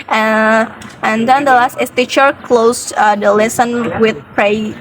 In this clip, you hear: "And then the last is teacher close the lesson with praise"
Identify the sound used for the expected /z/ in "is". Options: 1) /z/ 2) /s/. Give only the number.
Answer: 2